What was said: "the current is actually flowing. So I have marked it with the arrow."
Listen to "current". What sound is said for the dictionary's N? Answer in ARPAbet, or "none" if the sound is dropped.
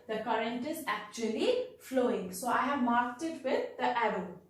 N